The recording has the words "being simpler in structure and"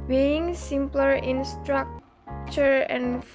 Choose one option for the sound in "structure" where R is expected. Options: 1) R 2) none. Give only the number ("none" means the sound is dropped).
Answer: 1